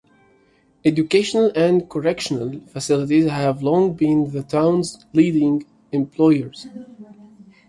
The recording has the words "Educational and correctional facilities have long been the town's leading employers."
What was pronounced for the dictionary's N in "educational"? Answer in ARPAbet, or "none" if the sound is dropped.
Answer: N